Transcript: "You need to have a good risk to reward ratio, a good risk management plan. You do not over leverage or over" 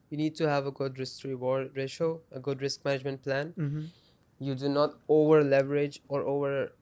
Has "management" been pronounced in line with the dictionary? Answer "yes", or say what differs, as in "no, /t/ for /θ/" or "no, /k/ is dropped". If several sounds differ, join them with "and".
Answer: yes